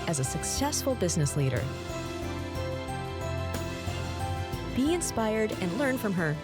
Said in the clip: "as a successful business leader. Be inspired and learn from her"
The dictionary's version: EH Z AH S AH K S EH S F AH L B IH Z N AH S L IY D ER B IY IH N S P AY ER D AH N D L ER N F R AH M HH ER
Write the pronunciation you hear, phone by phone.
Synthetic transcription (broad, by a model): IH Z AH S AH K S EH S F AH L B IH Z N AH S L IY D ER B IY IH N S P AY ER D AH N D L ER N F R AH M ER